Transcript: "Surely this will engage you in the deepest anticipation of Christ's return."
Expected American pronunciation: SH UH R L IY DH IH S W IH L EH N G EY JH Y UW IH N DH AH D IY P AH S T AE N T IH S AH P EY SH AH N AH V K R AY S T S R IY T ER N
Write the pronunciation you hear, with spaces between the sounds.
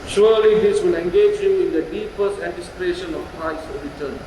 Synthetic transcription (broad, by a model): SH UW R L IY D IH S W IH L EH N G EY JH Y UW IH N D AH D IY P AH S T AE N T IH S AH P EY SH AH N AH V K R AY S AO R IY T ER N